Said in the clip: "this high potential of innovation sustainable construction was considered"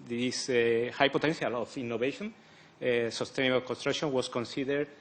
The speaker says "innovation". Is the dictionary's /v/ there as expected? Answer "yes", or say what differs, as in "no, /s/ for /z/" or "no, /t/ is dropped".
no, /b/ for /v/